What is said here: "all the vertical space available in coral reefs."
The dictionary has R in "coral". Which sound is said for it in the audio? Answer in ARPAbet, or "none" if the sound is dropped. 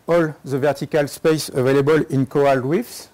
none